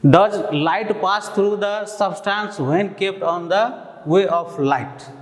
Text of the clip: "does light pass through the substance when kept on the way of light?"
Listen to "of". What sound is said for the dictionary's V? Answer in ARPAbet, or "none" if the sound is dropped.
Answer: P